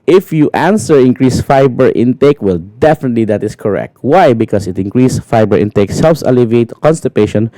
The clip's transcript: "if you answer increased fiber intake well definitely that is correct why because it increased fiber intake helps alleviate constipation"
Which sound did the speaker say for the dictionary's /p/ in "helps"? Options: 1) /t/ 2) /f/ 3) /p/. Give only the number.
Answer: 2